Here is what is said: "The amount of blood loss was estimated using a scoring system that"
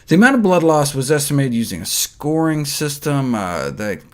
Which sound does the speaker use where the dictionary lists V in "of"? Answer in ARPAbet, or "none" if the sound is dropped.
V